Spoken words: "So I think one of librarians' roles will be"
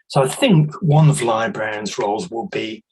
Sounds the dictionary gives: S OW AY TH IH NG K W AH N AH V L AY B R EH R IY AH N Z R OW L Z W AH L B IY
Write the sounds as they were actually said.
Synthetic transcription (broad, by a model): S OW AY TH IH NG K W AH N AH V L AY B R R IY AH N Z R OW L Z W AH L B IY